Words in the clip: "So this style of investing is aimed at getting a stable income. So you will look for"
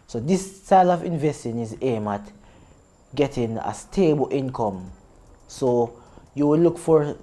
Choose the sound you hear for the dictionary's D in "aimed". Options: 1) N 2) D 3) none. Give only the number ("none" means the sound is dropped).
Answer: 3